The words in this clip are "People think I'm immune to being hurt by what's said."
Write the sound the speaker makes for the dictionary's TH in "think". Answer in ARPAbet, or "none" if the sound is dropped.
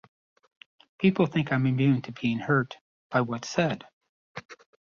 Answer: TH